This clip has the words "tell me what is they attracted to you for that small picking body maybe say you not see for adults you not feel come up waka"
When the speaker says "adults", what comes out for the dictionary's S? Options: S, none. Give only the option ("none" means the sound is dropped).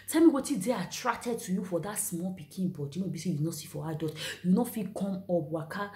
none